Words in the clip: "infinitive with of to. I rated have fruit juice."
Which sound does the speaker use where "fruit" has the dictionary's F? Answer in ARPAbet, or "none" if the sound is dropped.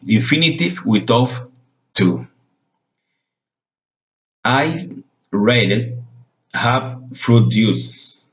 P